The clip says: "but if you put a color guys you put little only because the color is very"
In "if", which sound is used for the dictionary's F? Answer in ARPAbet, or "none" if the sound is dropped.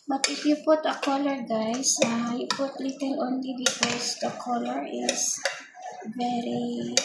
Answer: P